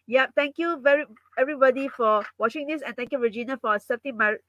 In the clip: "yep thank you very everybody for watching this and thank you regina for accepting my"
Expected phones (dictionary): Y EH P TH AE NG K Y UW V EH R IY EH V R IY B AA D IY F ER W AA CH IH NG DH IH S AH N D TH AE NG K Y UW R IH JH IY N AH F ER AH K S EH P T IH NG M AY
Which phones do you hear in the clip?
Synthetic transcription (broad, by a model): Y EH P T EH NG K Y UW V EH R IY EH V R IY B AA D IY F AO W AA CH IH NG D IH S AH N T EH NG K Y UW R IH JH IY N AH F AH S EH T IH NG M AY